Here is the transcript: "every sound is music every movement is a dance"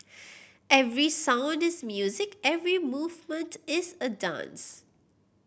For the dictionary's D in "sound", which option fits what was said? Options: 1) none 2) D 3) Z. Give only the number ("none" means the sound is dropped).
2